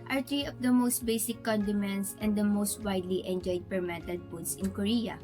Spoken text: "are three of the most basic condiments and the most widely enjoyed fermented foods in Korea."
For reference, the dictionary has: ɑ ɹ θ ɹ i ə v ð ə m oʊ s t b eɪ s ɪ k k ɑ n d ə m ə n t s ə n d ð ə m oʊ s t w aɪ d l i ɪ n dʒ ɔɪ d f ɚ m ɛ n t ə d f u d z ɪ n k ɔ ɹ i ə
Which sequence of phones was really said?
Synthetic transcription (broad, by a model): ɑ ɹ t ɹ i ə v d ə m oʊ s t b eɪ s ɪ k k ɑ n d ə m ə n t s ə n d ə m oʊ s t w aɪ d l i ɪ n dʒ ɔɪ d p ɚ m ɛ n t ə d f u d s ɪ n k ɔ ɹ i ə